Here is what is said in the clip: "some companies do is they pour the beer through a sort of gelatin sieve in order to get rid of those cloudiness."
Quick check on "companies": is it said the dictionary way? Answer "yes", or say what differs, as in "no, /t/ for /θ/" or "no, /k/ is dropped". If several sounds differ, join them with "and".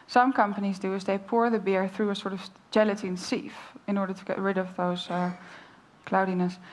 yes